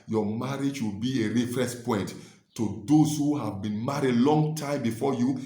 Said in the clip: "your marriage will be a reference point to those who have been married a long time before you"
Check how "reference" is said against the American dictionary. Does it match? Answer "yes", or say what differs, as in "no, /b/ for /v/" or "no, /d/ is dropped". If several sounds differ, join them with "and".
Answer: no, /n/ is dropped